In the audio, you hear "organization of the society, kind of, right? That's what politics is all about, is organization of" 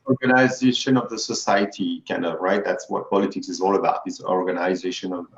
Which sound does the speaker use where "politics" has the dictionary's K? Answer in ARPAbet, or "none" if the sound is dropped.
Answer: K